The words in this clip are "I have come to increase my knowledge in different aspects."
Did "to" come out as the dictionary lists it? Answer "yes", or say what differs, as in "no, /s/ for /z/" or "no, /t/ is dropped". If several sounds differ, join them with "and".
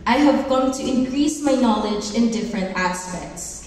yes